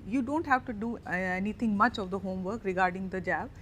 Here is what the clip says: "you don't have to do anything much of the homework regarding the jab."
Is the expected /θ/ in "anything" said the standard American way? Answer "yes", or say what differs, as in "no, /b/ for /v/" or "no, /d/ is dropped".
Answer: no, /t/ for /θ/